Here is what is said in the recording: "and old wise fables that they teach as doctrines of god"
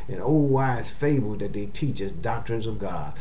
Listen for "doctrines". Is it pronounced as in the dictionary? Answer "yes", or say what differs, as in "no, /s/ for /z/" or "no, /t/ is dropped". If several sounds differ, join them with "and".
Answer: yes